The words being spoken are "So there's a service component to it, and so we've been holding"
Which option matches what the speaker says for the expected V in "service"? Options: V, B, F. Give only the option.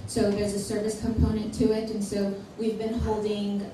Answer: V